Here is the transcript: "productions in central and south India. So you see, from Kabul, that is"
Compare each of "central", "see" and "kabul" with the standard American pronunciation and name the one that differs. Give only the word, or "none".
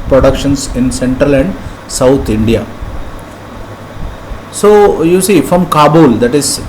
none